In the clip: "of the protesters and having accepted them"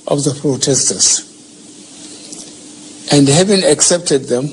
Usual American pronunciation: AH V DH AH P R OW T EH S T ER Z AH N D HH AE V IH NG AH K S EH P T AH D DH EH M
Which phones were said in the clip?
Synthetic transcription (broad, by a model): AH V DH AH P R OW T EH S T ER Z AH N D HH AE V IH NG AH K S EH P T AH D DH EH M